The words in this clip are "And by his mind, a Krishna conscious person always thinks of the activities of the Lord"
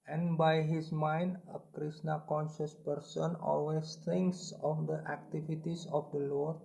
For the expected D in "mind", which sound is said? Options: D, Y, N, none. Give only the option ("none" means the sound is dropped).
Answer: D